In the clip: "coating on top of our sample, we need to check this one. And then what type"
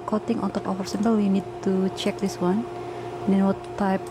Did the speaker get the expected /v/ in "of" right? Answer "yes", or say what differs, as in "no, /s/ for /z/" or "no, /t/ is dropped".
no, /f/ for /v/